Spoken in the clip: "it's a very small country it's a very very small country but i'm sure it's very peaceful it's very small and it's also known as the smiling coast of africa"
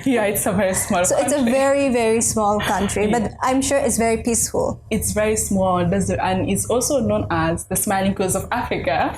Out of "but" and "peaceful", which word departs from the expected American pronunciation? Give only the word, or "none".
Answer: none